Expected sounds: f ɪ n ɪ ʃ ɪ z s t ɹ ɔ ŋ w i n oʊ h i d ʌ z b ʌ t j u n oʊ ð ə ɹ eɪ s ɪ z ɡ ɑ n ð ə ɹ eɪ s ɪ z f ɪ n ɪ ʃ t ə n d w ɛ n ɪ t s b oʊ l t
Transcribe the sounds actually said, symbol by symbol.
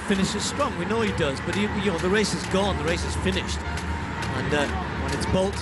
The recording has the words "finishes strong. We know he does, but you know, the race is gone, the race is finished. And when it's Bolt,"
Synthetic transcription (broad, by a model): f ɪ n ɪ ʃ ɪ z s t ɹ ɔ ŋ w i n oʊ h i d ʌ z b ʌ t j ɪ n oʊ ð ə ɹ eɪ s ɪ z ɡ ɑ n ð ə ɹ eɪ s ɪ z f ɪ n ɪ ʃ t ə n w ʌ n ɪ t s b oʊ l t